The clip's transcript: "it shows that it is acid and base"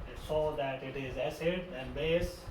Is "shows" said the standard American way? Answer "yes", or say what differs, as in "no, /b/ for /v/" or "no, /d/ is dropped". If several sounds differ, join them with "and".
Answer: no, /s/ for /ʃ/